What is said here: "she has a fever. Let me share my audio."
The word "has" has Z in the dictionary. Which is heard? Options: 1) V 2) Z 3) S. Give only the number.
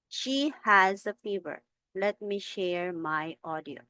2